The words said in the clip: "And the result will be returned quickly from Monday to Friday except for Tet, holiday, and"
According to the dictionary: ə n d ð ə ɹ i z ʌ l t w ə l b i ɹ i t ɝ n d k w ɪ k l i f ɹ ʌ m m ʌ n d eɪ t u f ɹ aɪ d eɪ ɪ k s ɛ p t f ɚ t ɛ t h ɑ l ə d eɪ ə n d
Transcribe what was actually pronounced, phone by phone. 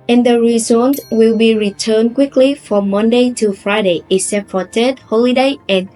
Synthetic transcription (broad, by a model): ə n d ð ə ɹ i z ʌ n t w ə l b i ɹ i t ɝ n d k w ɪ k l i f ɹ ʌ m m ʌ n d eɪ t u f ɹ aɪ d eɪ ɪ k s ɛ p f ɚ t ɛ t h ɑ l ə d eɪ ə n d